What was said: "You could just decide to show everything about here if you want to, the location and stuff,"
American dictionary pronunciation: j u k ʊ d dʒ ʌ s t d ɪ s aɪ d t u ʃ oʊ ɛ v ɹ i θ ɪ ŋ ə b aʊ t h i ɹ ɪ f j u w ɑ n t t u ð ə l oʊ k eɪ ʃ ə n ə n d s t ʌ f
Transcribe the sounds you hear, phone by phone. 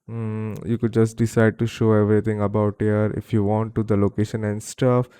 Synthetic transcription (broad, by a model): j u k ʊ d dʒ ʌ s t d ɪ s aɪ d t u ʃ oʊ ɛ v ɹ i t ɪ ŋ ə b aʊ t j ɹ ɪ f j u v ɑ n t t u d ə l oʊ k eɪ ʃ ə n ə n d s t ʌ f